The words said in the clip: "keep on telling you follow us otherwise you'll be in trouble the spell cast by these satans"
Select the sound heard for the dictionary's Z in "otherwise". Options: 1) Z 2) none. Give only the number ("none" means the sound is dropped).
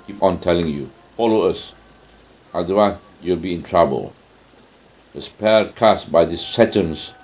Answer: 2